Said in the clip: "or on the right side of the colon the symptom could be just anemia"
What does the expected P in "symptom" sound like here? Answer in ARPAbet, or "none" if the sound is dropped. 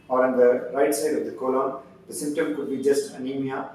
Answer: P